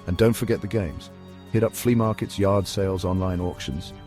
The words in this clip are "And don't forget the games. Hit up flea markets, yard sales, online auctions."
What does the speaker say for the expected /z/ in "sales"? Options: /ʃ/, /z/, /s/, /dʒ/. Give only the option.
/z/